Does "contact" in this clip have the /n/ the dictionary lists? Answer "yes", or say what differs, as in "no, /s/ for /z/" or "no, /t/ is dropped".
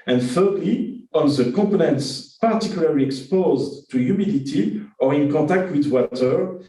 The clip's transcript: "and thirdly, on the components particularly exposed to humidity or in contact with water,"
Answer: no, /n/ is dropped